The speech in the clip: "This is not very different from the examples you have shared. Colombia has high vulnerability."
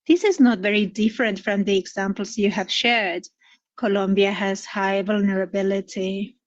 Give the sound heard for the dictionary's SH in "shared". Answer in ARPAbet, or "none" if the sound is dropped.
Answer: SH